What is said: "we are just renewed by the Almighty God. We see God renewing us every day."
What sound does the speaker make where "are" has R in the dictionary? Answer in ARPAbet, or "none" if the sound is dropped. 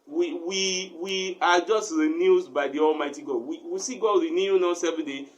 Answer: W